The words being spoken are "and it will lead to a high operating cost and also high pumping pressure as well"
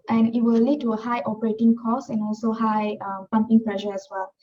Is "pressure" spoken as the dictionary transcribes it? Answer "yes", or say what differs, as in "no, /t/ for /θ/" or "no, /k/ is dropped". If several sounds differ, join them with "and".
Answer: no, /l/ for /ɹ/